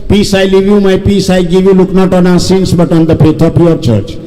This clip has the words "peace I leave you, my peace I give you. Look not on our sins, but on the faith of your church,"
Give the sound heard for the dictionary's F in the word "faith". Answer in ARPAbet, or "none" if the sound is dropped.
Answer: P